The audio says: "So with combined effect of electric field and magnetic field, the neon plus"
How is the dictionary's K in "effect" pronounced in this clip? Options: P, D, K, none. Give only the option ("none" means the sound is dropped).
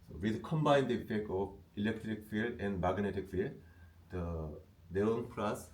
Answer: K